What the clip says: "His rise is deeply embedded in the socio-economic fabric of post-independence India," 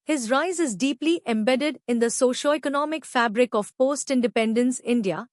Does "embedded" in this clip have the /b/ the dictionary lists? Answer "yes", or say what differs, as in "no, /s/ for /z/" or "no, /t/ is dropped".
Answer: yes